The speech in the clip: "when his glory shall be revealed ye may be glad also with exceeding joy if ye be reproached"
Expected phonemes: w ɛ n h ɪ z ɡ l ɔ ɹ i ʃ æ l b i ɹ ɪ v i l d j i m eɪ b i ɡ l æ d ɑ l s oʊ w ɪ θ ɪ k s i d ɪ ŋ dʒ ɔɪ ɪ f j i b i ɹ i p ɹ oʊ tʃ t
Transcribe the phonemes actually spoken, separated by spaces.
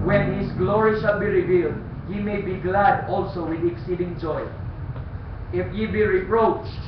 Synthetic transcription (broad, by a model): w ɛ n h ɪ s ɡ l ɔ ɹ i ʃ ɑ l b i ɹ ɪ v i l d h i m eɪ b i ɡ l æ d ɑ l s oʊ w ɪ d ɪ k s i d ɪ ŋ dʒ ɔɪ ɪ f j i b i ɹ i p ɹ oʊ tʃ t